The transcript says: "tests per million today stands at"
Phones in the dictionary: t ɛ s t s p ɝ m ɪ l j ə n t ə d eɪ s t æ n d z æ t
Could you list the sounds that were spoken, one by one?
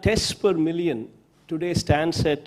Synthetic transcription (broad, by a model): t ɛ s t p ɝ m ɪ l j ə n t ə d eɪ s t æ n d s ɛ t